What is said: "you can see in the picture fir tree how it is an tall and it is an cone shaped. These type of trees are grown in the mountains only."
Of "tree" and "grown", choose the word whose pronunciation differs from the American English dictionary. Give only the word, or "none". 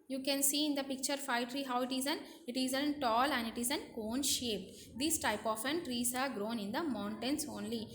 none